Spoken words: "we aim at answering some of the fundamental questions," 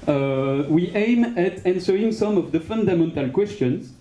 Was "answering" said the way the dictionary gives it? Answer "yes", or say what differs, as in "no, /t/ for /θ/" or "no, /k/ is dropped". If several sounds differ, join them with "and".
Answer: yes